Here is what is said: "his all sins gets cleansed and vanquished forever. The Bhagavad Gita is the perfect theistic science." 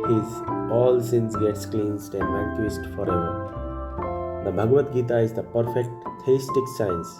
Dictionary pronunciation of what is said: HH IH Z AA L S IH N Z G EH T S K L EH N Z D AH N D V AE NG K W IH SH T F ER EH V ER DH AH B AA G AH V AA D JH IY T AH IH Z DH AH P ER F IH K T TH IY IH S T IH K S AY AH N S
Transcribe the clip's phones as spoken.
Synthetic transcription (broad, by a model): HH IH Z AA L S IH N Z G EH T S K L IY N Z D AH N D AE K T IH S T F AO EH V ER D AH B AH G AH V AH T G IY T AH IH Z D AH P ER F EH K T T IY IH S T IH K S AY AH N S